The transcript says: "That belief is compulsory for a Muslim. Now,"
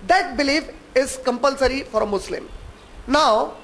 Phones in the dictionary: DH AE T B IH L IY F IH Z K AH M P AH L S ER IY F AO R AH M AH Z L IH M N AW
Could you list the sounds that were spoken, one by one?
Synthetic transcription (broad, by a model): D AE T B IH L IY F IH Z K AH M P AH L S ER IY F AO R AH M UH S L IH M N AW